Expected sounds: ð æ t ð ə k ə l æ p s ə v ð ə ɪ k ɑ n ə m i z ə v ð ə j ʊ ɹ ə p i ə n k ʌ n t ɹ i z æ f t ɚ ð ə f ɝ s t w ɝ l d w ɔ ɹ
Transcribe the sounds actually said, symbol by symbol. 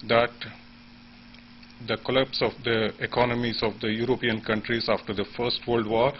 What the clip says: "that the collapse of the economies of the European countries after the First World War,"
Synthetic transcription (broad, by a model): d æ t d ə k ə l æ p s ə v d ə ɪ k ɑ n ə m i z ə v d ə j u ɹ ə p i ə n k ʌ n t ɹ i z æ f t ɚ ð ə f ɝ s t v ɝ l d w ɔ ɹ